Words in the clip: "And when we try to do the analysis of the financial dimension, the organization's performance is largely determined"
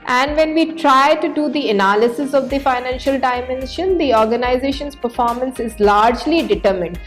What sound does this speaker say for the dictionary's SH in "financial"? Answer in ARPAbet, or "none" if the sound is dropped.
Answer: SH